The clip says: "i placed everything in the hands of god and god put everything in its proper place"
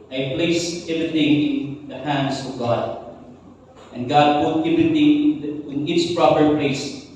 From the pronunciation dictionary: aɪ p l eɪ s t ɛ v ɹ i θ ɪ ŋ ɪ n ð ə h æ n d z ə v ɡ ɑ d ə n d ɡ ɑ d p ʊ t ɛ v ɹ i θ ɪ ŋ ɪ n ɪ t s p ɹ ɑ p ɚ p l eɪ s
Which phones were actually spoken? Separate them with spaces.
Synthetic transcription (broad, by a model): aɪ p l eɪ s ɛ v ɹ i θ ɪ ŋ ɪ n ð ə h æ n d s ə v ɡ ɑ d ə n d ɡ ɑ d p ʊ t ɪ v i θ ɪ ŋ ɪ n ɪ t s p ɹ ɑ p ɚ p l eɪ s